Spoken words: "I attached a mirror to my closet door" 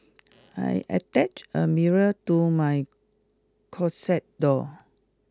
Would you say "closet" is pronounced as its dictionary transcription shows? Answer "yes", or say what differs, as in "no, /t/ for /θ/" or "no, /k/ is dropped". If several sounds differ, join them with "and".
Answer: no, /l/ is dropped and /s/ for /z/